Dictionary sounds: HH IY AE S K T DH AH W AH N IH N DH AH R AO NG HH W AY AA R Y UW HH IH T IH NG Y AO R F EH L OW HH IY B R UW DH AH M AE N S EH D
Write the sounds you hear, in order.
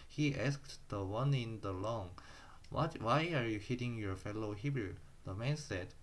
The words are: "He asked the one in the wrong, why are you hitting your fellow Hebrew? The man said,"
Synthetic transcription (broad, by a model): HH IY AE S K T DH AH W AH N IH N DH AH L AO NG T W AY AA R Y UW HH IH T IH NG Y AO R F EH L OW HH IY B R UW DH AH M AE N S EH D